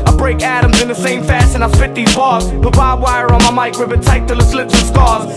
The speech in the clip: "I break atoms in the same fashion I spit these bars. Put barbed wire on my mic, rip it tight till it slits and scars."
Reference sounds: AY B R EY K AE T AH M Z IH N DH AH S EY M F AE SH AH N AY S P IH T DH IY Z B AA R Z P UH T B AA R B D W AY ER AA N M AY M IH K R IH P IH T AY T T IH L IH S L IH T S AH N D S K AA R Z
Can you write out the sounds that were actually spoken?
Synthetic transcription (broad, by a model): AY B R EY K AE T AH M Z IH N DH AH S EY M F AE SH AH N AY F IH T DH IY Z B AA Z B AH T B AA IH W AY ER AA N M AY M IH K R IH B IH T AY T T IH L IH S L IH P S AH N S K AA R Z